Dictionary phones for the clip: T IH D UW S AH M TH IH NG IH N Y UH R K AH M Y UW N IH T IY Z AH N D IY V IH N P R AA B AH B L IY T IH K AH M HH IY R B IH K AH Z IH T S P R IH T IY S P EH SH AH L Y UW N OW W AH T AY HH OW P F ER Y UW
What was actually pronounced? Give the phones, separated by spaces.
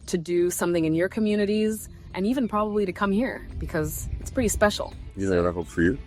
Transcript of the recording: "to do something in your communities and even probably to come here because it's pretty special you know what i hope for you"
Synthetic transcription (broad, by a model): T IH D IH S AH M TH IH NG IH N Y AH R K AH M Y UW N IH T IY Z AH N IY V IH N P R AA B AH B L IY T IH K AH M HH IY R B IH K AH Z IH T S P R IH T IY S P EH SH L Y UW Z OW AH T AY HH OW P F ER Y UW